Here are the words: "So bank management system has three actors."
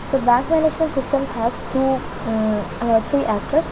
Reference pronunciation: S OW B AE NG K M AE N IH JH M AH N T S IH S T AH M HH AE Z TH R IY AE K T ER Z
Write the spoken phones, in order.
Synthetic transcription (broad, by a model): S OW B AE NG K M AE N IH JH M AH N T S IH S T AH M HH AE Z T R IY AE K T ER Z